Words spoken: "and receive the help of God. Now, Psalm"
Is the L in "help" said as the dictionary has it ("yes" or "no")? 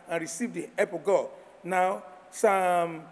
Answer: no